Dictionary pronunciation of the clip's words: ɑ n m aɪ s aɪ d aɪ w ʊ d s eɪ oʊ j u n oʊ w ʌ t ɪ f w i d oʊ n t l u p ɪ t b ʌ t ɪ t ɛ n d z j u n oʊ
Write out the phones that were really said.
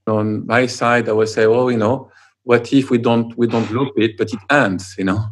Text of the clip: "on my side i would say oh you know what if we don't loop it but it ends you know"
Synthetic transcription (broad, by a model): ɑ n m aɪ s aɪ d aɪ w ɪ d s eɪ oʊ j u n oʊ w ʌ t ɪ f w i d oʊ n t l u b ɪ t b ʌ t ɪ t ɛ n d z j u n oʊ